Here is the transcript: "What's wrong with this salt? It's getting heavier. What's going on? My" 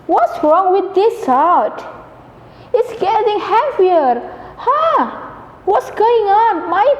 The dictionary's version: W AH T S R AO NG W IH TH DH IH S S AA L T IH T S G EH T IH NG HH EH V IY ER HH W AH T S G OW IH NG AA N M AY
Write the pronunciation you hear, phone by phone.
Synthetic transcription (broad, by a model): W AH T S R AO NG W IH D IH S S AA T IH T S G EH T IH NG HH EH F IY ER HH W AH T S G OW IH NG AA N M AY